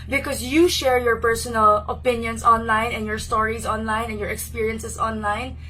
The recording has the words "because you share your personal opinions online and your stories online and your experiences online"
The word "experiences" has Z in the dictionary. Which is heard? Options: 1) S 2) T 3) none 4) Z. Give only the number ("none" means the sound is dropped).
1